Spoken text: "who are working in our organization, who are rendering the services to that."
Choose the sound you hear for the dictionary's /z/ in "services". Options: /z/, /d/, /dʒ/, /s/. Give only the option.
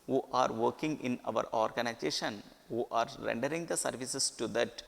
/s/